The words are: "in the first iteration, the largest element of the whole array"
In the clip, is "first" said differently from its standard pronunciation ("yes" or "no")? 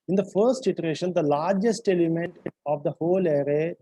no